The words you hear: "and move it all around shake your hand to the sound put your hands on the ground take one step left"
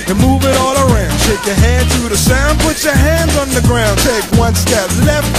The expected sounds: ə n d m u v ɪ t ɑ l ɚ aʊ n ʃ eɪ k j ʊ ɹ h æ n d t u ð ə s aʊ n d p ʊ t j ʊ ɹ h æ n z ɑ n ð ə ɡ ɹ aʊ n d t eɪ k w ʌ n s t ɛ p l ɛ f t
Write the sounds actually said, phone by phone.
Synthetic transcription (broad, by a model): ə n m u v ɪ t ɑ l ɚ aʊ n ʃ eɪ k j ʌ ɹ h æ n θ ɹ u ð ə s aʊ n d p ʊ t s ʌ ɹ h æ n z n ð ə ɡ ɹ aʊ n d t eɪ k w ʌ n s t ɛ p l ɛ f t